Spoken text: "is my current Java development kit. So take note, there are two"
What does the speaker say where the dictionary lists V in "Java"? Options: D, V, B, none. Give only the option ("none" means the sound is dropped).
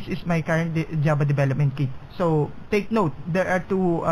B